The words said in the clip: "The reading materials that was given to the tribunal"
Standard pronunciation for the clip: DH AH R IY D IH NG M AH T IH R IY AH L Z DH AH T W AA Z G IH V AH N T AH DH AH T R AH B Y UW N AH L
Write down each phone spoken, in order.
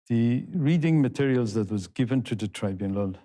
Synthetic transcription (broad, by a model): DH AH R IY D IH NG M AH T IH R IY AH L Z DH AH T W AA Z G IH V AH N T AH DH AH T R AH B Y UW N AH L